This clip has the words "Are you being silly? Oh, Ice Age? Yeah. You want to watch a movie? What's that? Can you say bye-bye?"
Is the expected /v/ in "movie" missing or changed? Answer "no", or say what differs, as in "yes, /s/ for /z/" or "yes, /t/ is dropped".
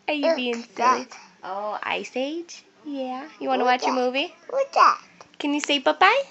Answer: no